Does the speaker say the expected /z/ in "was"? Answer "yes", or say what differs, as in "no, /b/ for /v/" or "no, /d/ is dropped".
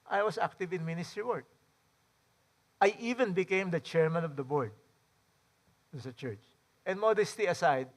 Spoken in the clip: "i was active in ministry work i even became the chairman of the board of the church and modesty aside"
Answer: no, /s/ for /z/